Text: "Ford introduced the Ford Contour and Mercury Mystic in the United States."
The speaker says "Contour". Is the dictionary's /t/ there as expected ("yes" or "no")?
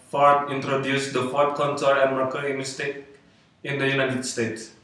no